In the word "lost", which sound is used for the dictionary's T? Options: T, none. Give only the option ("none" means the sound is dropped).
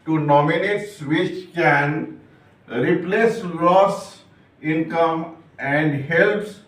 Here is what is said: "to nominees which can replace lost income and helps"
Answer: none